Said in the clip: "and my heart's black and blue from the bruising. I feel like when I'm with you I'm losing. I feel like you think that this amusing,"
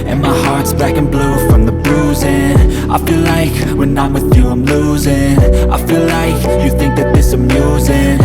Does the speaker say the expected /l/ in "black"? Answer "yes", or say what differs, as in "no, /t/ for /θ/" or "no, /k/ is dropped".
no, /l/ is dropped